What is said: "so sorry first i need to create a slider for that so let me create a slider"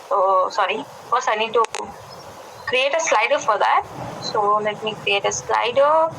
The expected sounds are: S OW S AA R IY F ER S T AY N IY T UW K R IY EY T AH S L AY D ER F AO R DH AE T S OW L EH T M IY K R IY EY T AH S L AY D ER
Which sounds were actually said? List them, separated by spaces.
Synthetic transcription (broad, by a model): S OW S AA R IY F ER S AY N IY T UW K R IY EY T AH S L AY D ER F AO R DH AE T S OW L EH T M IY K R IY EY T AH S L AY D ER